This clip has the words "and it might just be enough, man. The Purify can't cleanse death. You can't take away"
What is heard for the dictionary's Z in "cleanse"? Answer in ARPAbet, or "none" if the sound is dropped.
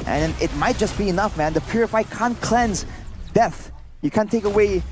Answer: Z